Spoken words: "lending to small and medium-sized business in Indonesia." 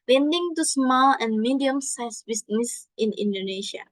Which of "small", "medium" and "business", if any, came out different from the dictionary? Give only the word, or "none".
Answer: business